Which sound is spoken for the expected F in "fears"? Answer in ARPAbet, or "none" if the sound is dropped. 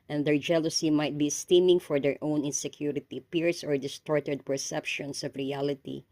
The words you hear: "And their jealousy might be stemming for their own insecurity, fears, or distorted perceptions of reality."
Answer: P